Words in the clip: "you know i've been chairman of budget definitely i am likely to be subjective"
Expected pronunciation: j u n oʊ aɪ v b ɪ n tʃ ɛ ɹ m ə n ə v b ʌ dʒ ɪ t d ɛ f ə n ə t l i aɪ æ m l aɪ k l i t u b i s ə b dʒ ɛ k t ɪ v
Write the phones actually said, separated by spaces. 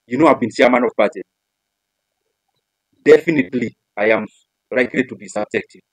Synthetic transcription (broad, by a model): j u n oʊ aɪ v b ɪ n s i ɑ m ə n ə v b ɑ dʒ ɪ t d ɛ f ə n ə t l i aɪ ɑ m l aɪ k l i t u b i s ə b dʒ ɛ k t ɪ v